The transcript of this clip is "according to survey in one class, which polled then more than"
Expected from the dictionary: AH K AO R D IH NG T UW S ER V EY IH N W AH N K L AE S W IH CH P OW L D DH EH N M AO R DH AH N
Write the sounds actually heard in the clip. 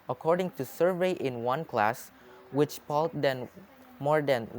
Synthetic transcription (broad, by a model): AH K AO R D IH NG T UW S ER V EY IH N W AH N K L AE S W IH CH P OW L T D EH N M AO R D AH N